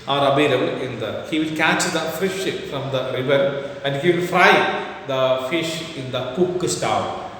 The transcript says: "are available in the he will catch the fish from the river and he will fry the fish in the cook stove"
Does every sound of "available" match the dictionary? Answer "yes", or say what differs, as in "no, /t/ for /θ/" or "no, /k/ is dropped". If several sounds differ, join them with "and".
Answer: no, /b/ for /v/